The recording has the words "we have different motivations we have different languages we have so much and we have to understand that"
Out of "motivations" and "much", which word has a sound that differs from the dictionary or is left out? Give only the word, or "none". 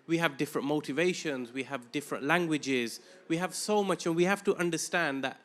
none